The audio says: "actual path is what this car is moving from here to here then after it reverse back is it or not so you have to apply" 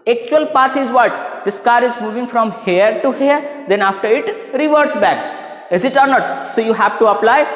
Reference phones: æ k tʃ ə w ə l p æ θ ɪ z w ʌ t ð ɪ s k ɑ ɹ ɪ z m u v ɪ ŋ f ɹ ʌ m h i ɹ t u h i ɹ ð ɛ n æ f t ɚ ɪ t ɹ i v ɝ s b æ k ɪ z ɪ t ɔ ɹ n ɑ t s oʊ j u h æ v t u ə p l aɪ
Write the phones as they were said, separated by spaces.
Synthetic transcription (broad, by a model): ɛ k tʃ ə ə l p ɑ t ɪ z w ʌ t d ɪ s k ɑ ɹ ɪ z m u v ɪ ŋ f ɹ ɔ m h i ɹ t u h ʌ ɹ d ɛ n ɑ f t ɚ ɪ t ɹ i v ɝ s b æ k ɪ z ɪ t ɔ ɹ n ɑ t s oʊ j u h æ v t u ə p l aɪ